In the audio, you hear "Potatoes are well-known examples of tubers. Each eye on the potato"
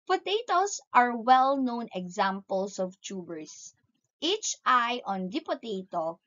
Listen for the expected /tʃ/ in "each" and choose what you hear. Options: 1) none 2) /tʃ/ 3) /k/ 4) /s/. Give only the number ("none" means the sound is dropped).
2